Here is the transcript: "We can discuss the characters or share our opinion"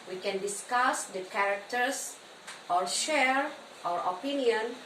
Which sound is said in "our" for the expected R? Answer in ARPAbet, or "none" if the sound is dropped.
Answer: R